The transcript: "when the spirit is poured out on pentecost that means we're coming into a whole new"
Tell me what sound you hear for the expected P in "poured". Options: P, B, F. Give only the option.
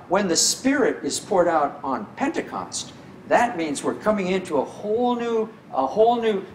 P